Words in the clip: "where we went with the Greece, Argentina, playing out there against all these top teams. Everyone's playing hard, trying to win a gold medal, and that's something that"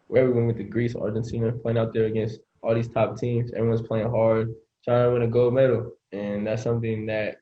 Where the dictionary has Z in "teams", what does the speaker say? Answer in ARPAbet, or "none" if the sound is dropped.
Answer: Z